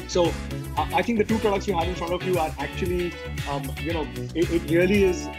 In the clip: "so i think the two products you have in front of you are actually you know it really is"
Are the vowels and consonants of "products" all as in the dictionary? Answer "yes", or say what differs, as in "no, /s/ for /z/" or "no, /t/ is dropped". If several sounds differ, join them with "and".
yes